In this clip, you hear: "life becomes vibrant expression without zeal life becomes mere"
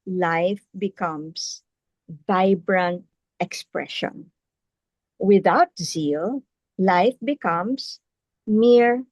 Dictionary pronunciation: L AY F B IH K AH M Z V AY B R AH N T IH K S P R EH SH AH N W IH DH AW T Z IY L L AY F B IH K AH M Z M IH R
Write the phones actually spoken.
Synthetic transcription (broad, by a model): L AY F B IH K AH M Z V AY B R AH N IH K S P R EH SH AH N W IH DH AW T Z IY L L AY F B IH K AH M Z M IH R